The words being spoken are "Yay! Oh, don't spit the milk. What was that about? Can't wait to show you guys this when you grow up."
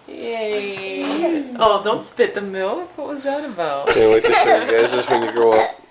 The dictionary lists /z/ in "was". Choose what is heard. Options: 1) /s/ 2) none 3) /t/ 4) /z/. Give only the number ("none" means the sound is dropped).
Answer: 4